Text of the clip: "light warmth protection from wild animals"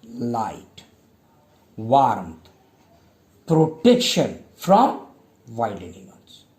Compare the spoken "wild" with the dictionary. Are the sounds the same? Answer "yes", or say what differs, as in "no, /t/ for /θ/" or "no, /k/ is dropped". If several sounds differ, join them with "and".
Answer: no, /d/ is dropped